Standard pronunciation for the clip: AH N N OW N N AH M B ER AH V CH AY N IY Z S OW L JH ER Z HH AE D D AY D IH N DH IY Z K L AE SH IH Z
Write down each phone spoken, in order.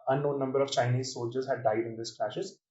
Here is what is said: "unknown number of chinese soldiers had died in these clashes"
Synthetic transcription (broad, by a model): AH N N OW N N AH M B ER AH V CH AY N IY Z S OW L JH ER Z HH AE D D AY D IH N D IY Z K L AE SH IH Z